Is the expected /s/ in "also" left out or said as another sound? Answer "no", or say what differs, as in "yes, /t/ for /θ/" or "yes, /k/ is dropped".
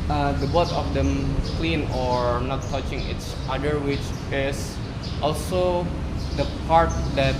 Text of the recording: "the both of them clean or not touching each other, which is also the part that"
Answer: no